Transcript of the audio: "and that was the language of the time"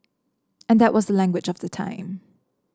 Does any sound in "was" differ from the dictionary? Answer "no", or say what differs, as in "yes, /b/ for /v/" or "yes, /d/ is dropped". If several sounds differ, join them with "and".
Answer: no